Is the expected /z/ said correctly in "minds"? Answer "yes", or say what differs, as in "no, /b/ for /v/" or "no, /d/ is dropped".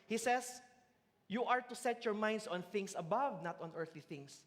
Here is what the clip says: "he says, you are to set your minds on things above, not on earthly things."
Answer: no, /s/ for /z/